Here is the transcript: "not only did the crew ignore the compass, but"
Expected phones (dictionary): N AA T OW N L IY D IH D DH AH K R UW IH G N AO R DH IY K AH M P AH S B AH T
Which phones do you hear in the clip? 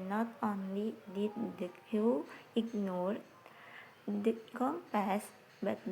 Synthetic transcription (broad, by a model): N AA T OW N L IY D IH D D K UW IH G N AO R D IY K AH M P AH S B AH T